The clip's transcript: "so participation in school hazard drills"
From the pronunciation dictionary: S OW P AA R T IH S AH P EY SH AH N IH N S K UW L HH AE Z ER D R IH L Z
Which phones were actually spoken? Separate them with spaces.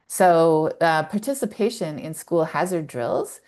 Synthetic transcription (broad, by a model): S OW P AA R T IH S AH P EY SH AH N IH N S K UW L HH AE Z ER D R IH L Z